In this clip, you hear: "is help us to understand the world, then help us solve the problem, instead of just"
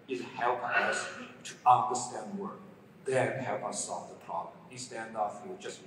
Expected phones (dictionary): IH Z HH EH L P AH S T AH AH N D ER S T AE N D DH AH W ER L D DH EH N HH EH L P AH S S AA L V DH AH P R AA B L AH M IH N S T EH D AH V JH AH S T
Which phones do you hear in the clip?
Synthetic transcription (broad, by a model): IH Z HH EH L P AH S T AH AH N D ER S T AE N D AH W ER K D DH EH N HH EH L P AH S S AA L V DH AH P R AA B L AH M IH S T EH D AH F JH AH S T